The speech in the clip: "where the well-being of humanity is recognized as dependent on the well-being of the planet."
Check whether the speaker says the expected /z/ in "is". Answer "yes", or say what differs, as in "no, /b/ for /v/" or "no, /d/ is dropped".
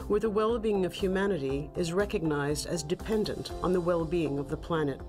yes